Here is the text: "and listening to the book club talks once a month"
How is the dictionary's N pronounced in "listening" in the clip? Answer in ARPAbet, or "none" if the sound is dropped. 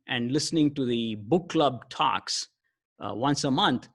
N